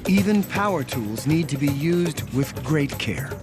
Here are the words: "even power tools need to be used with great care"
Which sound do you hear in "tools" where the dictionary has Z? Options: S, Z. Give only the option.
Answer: Z